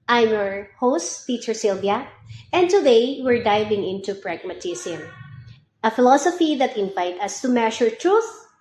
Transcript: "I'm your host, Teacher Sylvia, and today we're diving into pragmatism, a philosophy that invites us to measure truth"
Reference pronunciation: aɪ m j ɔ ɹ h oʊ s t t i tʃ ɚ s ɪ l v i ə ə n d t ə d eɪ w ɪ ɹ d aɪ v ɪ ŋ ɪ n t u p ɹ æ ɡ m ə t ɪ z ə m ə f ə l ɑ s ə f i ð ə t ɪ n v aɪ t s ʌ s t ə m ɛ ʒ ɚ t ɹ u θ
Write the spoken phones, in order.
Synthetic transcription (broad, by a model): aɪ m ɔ ɹ h oʊ s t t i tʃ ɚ s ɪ l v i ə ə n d t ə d eɪ w ɪ ɹ d aɪ v ɪ ŋ ɪ n t u p ɹ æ ɡ m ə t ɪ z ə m ə f ə l ɑ s ə f i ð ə t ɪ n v aɪ t ʌ s t ə m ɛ ʃ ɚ t ɹ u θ